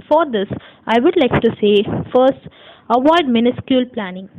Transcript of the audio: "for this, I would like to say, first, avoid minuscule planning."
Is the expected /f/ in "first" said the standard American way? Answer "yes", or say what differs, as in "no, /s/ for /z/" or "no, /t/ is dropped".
yes